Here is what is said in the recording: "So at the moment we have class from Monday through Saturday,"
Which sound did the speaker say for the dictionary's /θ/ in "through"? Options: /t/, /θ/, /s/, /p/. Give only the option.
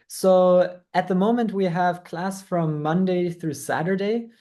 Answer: /θ/